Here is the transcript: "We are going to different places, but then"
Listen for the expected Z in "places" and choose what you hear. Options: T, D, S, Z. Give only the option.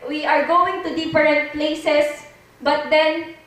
S